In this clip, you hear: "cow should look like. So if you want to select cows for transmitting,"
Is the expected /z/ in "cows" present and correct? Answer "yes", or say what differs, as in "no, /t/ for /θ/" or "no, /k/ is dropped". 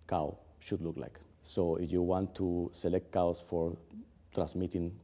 no, /s/ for /z/